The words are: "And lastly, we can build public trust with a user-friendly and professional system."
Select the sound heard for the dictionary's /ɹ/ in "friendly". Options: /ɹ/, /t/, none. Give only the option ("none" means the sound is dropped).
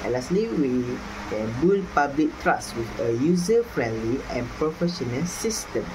/ɹ/